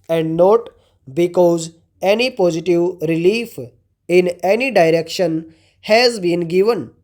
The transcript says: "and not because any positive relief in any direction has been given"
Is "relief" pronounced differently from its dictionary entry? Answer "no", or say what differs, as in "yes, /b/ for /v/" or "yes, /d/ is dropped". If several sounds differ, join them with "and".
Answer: no